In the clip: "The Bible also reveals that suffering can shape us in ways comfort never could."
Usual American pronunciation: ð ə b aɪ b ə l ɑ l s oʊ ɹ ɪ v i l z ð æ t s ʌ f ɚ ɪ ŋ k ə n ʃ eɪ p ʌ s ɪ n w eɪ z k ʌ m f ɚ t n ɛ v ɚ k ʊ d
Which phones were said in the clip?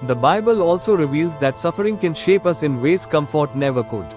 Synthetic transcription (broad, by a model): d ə b aɪ b ə l ɑ l s oʊ ɹ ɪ v i l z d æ t s ʌ f ɚ ɪ ŋ k ə n ʃ eɪ p ʌ s ɪ n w eɪ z k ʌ m f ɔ t n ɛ v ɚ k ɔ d